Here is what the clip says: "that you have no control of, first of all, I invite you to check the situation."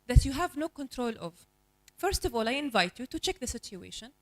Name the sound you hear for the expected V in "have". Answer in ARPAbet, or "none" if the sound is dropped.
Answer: V